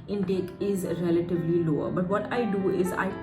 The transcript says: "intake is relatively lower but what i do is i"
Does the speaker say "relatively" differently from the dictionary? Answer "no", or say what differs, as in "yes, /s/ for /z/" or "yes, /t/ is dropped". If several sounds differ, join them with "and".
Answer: no